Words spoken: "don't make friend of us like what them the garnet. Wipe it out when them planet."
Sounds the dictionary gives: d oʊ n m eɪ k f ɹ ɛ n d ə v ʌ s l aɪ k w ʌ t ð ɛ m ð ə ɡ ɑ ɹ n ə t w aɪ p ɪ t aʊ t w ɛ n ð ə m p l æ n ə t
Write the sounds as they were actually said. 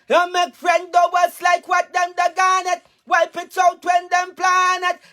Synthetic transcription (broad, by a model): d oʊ m eɪ k f ɹ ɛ n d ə w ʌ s l aɪ k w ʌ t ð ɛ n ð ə ɡ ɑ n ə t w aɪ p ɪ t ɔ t w ɛ n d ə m p l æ n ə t